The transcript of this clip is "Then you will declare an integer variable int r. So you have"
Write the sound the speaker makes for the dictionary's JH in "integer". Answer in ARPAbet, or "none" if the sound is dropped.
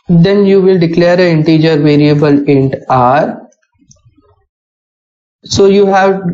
JH